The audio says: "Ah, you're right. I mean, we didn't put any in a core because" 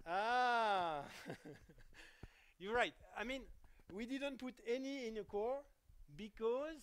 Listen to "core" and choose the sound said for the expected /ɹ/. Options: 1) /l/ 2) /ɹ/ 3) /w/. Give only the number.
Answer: 2